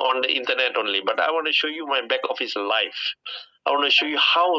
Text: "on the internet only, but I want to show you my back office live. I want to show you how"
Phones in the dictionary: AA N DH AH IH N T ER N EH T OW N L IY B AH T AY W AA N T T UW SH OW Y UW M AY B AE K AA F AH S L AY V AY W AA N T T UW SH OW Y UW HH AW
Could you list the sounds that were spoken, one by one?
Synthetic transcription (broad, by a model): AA N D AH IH N T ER N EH T OW N L IY B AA T AY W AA N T T UW SH OW Y UW M AY B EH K AA F AH S L AY F AY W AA N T T UW SH OW Y UW HH AW